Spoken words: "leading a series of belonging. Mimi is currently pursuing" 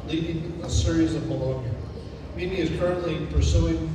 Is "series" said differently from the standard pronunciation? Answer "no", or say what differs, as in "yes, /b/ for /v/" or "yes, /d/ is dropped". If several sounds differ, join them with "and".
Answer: no